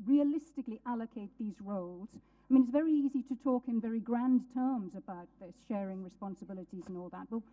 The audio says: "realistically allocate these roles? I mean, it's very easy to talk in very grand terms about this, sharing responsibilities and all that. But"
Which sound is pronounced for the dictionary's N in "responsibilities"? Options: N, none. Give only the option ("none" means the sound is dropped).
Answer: N